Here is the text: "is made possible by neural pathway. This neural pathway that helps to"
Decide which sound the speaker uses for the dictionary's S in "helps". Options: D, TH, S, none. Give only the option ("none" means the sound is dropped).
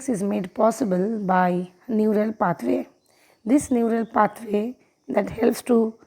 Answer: S